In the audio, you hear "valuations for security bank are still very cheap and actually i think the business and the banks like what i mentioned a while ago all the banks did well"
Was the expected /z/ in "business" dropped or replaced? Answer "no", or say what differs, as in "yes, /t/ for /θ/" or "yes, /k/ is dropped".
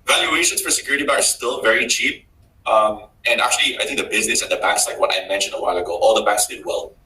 no